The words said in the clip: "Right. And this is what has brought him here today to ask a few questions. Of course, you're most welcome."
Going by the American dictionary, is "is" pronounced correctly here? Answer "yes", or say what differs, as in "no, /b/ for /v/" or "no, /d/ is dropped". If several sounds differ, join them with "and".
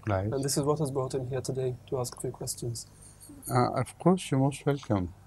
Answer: yes